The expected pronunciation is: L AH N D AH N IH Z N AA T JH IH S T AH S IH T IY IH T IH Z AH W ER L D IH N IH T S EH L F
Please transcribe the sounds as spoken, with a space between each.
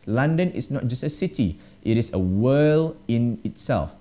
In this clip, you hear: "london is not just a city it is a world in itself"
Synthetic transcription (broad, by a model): L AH N D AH N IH S N AA T JH IH S T AH S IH T IY IH T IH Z AH W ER L IH N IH T S EH L F